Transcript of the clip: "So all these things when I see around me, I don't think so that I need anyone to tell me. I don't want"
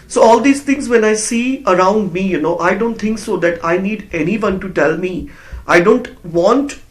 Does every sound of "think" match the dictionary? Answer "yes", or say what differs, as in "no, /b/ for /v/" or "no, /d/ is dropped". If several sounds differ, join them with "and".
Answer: no, /t/ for /θ/